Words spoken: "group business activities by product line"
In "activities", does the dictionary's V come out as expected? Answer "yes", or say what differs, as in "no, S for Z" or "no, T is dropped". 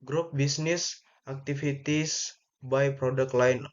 no, F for V